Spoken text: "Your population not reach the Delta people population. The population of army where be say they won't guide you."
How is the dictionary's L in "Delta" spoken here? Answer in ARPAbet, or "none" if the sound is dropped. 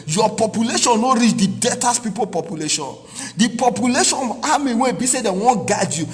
none